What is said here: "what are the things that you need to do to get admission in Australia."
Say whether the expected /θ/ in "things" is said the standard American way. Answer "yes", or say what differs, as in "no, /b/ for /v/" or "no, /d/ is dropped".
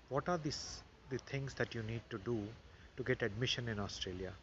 no, /s/ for /θ/